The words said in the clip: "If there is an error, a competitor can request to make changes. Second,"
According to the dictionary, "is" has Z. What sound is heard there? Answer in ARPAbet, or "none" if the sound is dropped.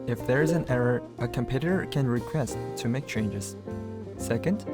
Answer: Z